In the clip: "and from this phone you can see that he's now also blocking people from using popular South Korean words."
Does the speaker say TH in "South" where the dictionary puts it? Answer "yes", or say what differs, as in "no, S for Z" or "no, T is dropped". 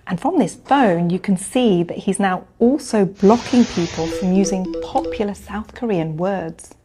yes